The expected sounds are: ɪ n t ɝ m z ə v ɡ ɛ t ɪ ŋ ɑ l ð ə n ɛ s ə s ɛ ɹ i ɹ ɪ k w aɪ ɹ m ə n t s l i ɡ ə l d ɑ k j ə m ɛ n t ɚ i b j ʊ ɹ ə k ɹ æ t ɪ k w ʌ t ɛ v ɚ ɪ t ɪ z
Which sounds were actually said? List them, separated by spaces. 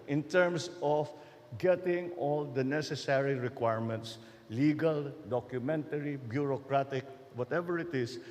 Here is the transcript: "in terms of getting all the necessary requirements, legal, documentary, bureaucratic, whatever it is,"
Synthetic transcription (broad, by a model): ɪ n t ɝ m s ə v ɡ ɛ t ɪ ŋ ɑ l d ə n ɛ s ə s ɛ ɹ i ɹ ɪ k w aɪ ɹ m ə n t s l i ɡ ə l d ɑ k j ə m ɛ n t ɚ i b j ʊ ɹ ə k ɹ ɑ t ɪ k w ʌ t ɛ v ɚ ɪ t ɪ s